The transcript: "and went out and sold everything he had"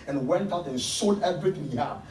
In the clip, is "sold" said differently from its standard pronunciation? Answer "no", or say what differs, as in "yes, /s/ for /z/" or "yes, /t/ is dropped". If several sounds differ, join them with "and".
yes, /l/ is dropped